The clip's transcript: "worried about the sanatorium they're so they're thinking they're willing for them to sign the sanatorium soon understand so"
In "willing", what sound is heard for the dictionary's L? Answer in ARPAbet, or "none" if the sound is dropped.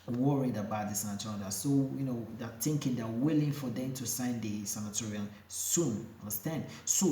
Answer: L